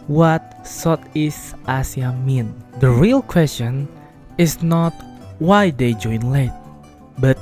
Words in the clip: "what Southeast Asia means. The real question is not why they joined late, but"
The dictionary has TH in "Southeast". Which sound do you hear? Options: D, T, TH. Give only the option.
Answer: T